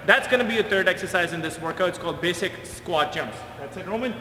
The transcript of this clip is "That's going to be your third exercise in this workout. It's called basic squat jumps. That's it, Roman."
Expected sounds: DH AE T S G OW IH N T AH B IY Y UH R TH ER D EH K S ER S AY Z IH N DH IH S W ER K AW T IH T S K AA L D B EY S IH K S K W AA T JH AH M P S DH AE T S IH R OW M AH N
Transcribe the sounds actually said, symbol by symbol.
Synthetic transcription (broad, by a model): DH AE T S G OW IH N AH B IY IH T ER D EH K S ER S AY Z IH N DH IH S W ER K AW IH T S K AA L D B EY S IH K S K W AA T JH AH M P S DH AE T S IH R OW M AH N